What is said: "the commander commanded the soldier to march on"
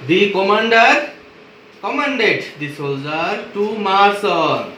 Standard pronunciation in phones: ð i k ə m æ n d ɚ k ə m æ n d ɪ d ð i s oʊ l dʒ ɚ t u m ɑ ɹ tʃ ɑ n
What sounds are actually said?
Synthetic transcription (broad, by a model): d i k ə m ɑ n d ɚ k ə m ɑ n d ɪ d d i s oʊ l dʒ ɚ t u m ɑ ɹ s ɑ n